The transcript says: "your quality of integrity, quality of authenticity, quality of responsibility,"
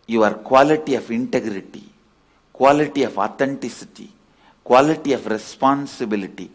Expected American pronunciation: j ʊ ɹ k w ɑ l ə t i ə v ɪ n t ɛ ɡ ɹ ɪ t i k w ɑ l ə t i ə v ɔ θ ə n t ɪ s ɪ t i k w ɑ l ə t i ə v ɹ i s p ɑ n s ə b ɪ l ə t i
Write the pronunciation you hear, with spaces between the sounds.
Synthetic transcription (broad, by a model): j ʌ ɹ k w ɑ l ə t i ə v ɪ n t ɛ ɡ ɹ ɪ t i k w ɑ l ə t i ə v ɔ t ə n t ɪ s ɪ t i k w ɑ l ə t i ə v ɹ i s p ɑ n s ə b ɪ l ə t i